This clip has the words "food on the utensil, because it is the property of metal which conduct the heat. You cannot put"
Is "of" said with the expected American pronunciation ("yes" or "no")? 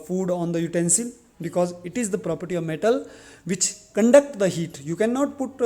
yes